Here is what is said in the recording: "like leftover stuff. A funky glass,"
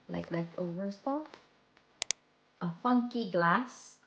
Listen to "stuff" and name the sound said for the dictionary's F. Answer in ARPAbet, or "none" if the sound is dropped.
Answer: none